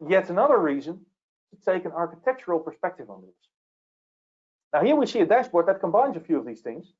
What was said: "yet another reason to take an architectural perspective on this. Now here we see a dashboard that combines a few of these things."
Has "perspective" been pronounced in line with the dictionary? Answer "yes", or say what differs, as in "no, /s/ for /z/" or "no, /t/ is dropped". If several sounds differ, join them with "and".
yes